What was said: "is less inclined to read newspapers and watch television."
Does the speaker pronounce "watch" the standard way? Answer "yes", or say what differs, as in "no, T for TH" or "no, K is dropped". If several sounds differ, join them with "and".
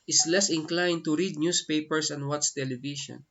no, S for CH